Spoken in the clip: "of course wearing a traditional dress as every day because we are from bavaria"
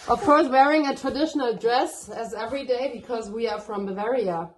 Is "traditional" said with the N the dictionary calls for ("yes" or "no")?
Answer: yes